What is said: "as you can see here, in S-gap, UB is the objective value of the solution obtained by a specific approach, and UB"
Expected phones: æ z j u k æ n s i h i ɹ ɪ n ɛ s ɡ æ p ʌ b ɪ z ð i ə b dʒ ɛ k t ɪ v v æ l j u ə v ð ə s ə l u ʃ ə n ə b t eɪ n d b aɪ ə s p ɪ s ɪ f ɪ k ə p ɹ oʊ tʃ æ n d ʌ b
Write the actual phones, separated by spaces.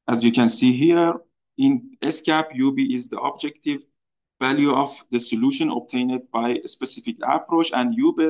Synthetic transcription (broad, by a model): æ z j u k æ n s i h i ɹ ɪ n ɛ s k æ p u b ɪ z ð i ə b dʒ ɛ k t ɪ v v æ l j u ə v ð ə s ə l u ʃ ə n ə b t eɪ n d b aɪ s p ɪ s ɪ f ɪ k ə p ɹ oʊ tʃ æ n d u b